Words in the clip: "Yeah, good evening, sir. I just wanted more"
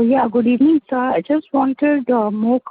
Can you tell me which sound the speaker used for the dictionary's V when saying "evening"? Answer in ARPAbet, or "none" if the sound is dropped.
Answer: none